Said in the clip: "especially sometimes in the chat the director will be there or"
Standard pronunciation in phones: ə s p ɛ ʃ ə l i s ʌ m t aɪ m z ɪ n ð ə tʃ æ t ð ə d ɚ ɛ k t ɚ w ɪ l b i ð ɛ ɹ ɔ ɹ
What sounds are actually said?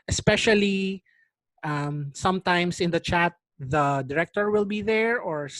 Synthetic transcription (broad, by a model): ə s p ɛ ʃ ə l i s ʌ m t aɪ m s ɪ n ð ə tʃ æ t ð ə d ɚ ɛ k t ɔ w ɪ l b i ð ɛ ɹ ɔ ɹ